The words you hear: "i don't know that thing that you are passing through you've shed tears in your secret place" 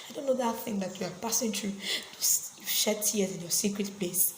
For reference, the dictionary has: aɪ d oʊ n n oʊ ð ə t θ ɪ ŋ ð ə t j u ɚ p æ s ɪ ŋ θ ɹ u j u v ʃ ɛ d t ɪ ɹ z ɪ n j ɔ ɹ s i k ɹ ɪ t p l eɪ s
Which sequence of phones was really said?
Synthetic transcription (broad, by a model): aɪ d oʊ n n oʊ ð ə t θ ɪ ŋ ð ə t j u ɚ p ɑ s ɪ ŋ t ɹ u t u f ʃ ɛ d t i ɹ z ɪ n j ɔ s i k ɹ ɪ t p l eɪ s